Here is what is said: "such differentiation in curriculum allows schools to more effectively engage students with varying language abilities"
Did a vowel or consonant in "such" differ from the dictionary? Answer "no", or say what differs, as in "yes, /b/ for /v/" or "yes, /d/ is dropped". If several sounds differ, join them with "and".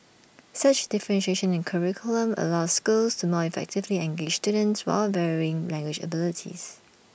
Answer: no